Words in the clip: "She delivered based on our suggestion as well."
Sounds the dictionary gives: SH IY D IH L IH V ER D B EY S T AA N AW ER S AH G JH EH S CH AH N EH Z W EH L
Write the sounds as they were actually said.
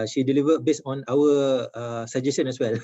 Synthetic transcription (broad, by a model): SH IY D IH L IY V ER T B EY S AA N AW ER S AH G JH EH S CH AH N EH S W EH L